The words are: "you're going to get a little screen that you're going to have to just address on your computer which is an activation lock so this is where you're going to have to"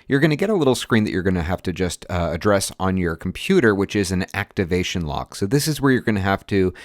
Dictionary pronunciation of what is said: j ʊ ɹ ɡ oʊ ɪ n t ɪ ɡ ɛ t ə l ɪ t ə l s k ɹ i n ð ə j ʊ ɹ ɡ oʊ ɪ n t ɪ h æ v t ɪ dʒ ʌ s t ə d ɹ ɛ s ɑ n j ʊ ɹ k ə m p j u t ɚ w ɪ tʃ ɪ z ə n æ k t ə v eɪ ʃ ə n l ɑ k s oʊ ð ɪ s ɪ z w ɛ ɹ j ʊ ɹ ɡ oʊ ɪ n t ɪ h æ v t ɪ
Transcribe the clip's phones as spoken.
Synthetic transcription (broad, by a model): j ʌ ɹ ɡ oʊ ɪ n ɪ ɡ ɛ t ə l ɪ t l s k ɹ i n ð ə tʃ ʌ ɹ ɡ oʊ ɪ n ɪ h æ f t ɪ dʒ ʌ s t ə d ɹ ɛ s n j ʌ ɹ k m p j u t ɚ w ɪ tʃ ɪ z ə n æ k t ə v eɪ ʃ ə n l ɑ k s oʊ ð ɪ s ɪ z w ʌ ɹ j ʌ ɹ ɡ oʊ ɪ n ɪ h æ f t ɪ